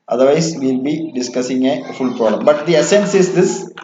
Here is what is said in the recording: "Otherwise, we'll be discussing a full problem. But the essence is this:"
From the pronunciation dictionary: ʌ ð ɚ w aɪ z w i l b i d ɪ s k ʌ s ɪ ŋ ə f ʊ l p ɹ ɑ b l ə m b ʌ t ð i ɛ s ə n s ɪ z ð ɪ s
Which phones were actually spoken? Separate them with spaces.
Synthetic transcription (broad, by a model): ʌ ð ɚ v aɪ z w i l b i d ɪ s k ʌ s ɪ ŋ ə f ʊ l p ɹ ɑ l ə m b ʌ t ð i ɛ s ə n s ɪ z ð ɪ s